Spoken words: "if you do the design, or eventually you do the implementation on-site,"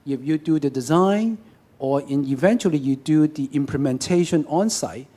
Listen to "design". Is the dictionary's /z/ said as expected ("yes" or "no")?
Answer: yes